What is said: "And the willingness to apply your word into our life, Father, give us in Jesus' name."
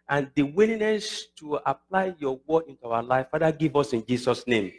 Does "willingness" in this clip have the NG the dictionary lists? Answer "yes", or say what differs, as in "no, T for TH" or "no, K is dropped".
no, NG is dropped